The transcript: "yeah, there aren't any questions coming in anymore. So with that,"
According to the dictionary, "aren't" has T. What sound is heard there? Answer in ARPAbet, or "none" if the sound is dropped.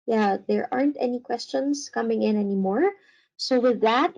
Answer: T